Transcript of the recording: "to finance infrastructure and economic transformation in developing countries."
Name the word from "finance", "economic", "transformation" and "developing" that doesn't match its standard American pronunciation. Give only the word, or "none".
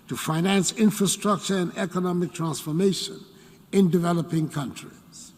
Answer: none